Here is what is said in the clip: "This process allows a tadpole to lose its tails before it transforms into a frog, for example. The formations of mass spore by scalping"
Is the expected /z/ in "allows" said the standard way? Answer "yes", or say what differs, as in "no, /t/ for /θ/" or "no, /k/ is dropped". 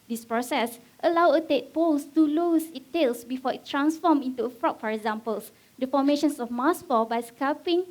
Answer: no, /z/ is dropped